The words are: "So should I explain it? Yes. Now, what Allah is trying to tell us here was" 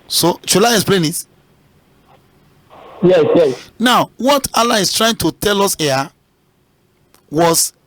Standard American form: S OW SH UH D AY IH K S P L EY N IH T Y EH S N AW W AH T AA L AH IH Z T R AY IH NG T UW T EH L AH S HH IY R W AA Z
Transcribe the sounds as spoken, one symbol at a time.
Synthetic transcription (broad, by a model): S OW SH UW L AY IH K S P L EY N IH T Y EH S N AW W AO T AA L AH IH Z T R AY IH NG T UW T EH L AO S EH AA W AA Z